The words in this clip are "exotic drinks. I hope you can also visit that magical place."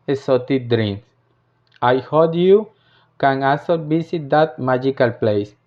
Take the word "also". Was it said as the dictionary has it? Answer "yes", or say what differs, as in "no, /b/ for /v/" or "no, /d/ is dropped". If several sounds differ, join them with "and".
no, /l/ is dropped